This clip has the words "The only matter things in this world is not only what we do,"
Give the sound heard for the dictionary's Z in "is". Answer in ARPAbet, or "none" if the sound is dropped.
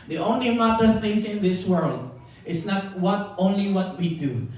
S